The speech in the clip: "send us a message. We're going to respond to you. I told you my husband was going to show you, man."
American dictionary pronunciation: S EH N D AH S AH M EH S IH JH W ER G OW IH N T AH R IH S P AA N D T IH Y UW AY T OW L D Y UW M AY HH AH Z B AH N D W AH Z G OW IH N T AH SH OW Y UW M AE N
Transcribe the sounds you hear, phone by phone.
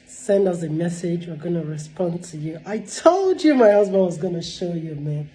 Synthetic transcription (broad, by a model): S EH N D AH S AH M EH S IH JH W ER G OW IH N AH R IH S P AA N T IH Y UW AY T OW L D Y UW M AY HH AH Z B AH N W AH Z G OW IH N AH SH OW Y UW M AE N